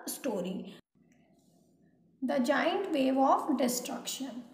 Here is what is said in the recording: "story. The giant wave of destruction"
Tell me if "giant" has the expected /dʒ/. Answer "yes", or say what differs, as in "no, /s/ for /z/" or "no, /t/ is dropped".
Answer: yes